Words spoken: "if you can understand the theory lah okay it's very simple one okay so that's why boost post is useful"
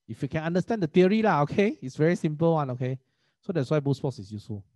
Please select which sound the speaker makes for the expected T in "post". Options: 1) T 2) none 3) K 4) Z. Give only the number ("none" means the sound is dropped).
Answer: 2